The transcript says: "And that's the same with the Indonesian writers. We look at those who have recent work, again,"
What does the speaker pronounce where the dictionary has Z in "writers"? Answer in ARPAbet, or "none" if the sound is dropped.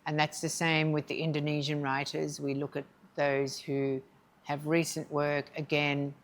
Z